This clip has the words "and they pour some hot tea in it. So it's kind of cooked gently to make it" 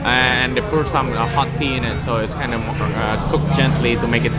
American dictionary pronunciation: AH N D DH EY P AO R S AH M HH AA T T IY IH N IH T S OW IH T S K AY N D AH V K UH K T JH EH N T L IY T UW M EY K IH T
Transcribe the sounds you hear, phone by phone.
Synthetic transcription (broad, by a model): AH N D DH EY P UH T S AH M HH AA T T IY IH N IH T S OW IH T S K AY N D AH W K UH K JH EH N T L IY T UW M EY K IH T